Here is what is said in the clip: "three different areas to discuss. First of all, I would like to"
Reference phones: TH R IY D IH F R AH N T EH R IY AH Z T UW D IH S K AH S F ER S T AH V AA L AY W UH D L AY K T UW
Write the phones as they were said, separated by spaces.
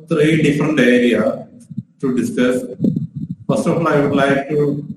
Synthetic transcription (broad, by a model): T R IY D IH F R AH N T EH R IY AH T UW D IH S K AH S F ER S T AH F AA L AY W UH D L AY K T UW